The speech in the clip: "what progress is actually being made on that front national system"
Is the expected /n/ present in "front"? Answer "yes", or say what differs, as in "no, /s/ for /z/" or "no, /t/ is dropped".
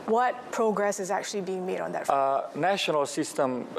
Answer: no, /n/ is dropped